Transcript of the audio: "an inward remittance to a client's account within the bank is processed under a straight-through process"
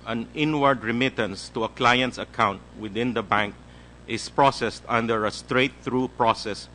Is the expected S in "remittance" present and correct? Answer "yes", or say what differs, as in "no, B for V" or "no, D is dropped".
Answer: yes